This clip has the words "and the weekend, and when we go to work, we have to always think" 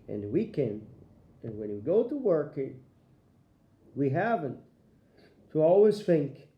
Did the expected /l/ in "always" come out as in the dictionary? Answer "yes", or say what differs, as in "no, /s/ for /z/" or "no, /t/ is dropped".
yes